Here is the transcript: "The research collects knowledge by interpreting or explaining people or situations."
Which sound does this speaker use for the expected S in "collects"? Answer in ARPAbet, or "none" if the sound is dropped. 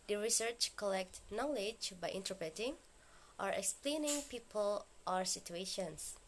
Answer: none